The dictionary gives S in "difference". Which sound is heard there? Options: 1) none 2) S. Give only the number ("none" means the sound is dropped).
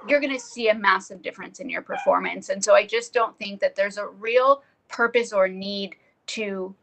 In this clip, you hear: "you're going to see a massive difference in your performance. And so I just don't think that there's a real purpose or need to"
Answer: 2